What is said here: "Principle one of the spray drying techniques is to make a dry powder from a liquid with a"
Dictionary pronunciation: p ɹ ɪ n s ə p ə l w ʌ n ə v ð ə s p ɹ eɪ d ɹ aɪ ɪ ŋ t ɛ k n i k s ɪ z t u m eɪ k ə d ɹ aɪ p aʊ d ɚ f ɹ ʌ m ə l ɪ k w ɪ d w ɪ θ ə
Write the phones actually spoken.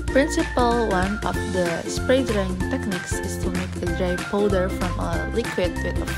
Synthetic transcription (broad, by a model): p ɹ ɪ n s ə p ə l w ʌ n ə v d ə s p ɹ eɪ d ɹ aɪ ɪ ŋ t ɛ k n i k s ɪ s t u m eɪ k ə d ɹ aɪ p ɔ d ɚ f ɹ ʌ m ə l ɪ k w ɪ d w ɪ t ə